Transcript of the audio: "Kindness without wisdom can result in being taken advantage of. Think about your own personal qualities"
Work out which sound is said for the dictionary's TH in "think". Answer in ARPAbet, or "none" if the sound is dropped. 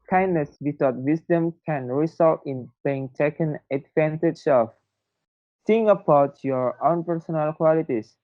S